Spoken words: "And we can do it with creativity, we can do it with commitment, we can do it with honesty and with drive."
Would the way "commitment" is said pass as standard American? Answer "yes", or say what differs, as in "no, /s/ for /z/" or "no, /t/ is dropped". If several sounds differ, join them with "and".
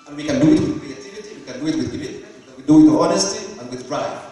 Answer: no, /n/ is dropped